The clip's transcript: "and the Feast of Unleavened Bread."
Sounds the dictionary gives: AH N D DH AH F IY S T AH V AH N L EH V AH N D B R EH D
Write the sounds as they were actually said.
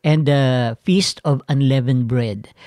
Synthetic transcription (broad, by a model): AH N D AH F IY S T AH V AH N L EH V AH N B R EH D